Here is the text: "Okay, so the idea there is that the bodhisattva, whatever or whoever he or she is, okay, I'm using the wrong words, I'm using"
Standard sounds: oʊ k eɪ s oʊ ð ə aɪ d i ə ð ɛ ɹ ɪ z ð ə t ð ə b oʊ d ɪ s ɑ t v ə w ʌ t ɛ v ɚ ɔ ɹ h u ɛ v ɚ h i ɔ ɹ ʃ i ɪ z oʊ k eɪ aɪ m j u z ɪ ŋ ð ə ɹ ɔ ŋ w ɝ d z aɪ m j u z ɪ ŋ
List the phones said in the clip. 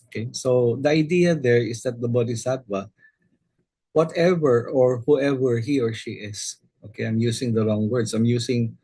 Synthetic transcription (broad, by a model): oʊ k eɪ s oʊ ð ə aɪ d i ə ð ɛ ɹ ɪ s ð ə t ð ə b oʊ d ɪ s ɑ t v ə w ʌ t ɛ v ɚ ɔ ɹ h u ɛ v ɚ h i ɔ ɹ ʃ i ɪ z oʊ k eɪ aɪ m j u s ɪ ŋ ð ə ɹ ɔ ŋ w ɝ d s aɪ m j u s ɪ ŋ